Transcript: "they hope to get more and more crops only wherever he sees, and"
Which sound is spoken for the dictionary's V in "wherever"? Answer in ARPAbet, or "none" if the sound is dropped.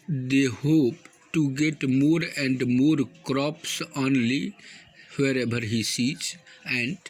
B